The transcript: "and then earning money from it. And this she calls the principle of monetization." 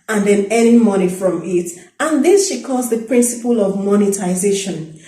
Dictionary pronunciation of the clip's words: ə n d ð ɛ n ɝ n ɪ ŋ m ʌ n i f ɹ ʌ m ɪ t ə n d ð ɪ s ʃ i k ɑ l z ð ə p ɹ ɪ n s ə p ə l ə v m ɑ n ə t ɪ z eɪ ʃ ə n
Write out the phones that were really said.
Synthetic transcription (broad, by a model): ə n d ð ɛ n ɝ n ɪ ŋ m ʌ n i f ɹ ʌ m ɪ t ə n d ð ɪ s ʃ i k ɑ z ð ə p ɹ ɪ n s ə p ə l ə v m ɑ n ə t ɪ z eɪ ʃ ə n